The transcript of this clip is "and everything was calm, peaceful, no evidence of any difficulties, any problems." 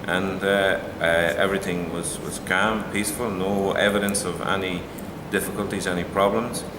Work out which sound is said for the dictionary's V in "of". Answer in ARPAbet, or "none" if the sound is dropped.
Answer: V